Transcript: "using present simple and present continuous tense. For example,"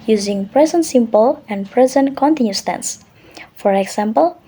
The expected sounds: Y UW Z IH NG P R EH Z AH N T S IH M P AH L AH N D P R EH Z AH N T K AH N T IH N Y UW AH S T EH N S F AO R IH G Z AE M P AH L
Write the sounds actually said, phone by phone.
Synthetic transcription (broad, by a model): Y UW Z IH NG P R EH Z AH N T S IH M P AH L AH N D P R EH Z AH N T K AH N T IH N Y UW S T EH N S F AO R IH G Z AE M P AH L